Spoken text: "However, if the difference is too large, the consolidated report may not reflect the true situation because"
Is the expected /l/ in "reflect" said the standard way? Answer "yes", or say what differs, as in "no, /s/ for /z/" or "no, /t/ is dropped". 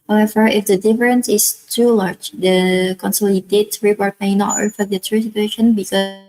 no, /l/ is dropped